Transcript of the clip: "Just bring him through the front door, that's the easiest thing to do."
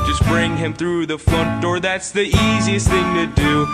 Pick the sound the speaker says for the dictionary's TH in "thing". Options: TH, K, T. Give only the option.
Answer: TH